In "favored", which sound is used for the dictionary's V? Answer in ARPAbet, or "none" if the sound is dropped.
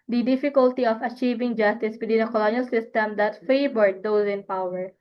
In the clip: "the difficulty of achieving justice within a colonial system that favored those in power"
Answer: B